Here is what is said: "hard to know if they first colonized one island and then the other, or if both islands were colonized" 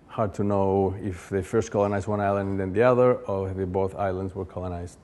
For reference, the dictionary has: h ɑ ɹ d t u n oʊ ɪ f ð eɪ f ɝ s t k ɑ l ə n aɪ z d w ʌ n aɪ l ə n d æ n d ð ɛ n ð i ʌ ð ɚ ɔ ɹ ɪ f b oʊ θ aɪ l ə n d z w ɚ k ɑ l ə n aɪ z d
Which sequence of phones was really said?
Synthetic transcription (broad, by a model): h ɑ ɹ d t u n oʊ ɪ f ð eɪ f ɝ s t k ɑ l ə n aɪ z d w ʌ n aɪ l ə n n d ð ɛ n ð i ʌ ð ɚ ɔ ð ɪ b oʊ θ aɪ l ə n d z w ɚ k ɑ l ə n aɪ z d